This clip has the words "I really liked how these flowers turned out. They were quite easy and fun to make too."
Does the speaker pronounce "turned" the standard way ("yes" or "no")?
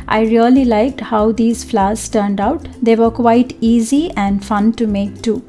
yes